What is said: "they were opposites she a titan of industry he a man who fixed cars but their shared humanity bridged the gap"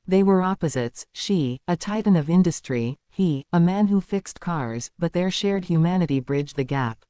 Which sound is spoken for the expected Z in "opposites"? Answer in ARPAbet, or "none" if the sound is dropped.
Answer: Z